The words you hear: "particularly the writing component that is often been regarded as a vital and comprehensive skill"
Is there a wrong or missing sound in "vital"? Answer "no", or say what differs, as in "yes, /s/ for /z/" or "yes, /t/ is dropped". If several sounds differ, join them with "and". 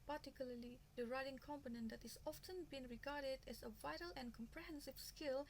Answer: no